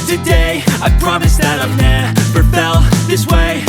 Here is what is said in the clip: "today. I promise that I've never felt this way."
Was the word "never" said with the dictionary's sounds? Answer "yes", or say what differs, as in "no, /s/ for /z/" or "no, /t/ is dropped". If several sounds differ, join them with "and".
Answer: no, /p/ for /v/